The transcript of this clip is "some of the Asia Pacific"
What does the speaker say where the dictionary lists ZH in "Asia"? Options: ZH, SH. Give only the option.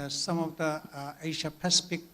SH